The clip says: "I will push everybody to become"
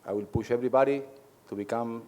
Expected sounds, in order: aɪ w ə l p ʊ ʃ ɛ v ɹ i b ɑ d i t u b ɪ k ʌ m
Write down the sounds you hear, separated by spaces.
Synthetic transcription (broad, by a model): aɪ w ə l p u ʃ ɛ b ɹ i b ɑ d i t u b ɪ k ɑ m